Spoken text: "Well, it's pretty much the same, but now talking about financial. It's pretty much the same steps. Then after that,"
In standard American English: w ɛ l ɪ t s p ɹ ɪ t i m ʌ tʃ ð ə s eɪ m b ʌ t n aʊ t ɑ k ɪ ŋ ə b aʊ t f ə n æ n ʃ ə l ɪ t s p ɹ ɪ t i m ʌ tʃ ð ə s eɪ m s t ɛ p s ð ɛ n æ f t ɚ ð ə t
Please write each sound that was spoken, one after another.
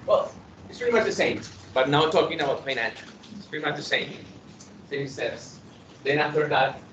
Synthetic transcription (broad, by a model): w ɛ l ɪ t s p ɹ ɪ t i m ʌ tʃ ð ə s eɪ m b ʌ t n aʊ t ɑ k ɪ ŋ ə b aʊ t p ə ɪ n ə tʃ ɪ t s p ɹ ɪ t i m ʌ tʃ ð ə s eɪ m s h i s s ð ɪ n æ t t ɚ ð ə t